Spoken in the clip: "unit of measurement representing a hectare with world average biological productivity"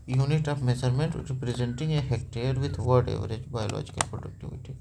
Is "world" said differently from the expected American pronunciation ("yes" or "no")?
yes